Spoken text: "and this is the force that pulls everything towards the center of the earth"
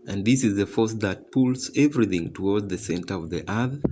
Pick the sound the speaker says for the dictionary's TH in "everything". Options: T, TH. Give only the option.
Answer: TH